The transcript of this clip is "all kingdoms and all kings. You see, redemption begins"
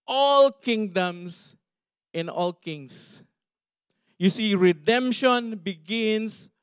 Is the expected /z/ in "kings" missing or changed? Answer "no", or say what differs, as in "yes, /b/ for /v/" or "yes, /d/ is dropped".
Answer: yes, /s/ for /z/